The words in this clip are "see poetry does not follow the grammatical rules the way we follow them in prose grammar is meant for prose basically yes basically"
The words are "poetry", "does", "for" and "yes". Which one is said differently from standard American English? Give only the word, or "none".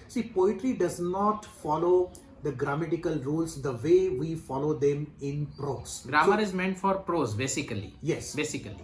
none